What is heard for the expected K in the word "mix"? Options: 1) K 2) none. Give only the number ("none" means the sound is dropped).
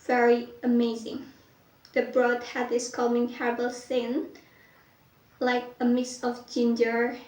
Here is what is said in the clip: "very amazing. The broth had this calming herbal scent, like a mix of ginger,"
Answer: 2